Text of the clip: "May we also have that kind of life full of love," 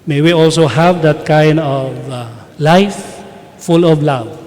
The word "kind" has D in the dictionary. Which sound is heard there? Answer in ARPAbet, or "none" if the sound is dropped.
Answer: D